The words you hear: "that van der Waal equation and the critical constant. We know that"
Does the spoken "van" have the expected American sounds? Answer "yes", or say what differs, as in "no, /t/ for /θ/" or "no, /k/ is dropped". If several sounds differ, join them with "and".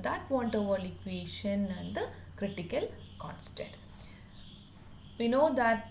no, /p/ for /v/